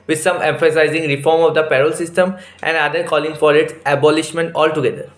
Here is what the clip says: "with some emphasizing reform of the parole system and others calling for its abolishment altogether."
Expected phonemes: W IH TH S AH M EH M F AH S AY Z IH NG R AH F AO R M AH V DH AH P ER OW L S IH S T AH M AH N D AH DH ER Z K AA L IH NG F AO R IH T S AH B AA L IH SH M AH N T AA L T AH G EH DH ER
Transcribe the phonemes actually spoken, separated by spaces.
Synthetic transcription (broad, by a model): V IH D S AH M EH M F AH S AY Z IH NG R AH F AO R M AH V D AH P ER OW L S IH S T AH M AH N D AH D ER K AA L IH NG F AO R IH T S AH B AA L IH SH M AH N T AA L T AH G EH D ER